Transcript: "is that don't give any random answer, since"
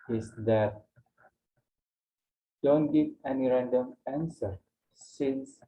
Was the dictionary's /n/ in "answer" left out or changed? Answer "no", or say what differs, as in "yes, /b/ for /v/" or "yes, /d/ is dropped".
no